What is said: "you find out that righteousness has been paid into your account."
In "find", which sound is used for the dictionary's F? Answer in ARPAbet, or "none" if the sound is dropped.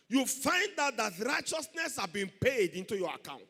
F